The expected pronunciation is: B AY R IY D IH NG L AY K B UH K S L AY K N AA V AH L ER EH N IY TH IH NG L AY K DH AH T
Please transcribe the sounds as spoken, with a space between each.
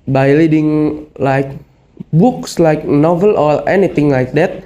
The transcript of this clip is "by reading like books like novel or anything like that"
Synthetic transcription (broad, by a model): B AY L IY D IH NG L AY K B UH K S L AY K N AA V AH L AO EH N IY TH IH NG L AY K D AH T